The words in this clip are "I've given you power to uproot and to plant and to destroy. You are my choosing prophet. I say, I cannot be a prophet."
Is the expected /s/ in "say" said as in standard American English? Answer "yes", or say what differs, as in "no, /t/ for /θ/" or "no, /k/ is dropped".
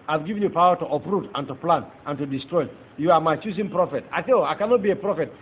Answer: no, /θ/ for /s/